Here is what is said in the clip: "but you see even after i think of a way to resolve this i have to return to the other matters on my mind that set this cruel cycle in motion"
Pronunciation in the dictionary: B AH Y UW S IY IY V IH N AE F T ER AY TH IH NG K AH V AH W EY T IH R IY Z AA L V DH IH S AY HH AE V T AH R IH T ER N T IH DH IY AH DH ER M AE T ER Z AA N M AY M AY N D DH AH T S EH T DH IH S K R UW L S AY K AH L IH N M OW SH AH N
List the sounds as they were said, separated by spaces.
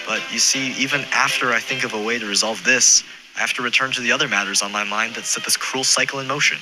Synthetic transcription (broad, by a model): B AH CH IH S IY IY V IH N AE F T ER AY TH IH NG K AH V AH W EY T IH R IY Z AA L V DH IH S AY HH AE F T AH R IH T ER N T IH DH IY AH DH ER M AE T ER Z N M AY M AY N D DH AH T S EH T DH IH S K R UW L S AY K L IH N M OW SH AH N